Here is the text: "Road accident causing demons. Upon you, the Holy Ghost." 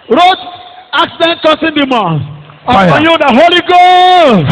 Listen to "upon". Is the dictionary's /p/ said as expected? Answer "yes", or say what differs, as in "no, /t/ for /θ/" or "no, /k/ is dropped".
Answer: no, /p/ is dropped